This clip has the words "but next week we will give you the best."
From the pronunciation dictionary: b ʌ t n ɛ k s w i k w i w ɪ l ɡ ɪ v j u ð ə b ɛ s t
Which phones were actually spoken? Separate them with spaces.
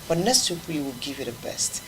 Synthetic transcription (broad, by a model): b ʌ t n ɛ s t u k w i w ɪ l ɡ ɪ v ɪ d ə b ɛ s t